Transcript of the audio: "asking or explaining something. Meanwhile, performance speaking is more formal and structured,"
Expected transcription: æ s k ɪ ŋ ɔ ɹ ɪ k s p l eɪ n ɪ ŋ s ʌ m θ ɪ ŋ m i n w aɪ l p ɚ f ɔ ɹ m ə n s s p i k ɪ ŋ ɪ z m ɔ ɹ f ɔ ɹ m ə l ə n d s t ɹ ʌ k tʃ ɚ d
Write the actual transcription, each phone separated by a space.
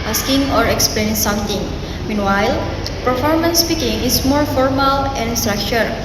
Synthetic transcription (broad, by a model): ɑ s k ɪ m ɔ ɹ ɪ k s p l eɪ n s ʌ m t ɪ ŋ m i n w aɪ l p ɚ f ɔ ɹ m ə n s s p i k ɪ ŋ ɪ s m ɔ ɹ f ɔ ɹ m ə l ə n s t ɹ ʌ k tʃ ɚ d